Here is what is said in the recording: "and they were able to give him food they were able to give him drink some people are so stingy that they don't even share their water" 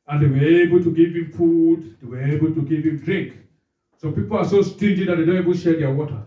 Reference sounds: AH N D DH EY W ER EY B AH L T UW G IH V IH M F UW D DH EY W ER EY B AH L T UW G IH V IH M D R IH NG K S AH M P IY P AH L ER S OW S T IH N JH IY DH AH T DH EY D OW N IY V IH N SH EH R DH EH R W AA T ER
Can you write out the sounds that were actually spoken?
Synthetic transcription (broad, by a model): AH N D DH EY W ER EY B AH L T UW G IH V IH M F UW D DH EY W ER EY B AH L T UW G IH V IH M D R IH NG K S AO P IY P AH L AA S OW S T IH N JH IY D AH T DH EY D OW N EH B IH L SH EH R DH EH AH W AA T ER